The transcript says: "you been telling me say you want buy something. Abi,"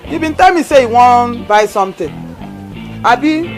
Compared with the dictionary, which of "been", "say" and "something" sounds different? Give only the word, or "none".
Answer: something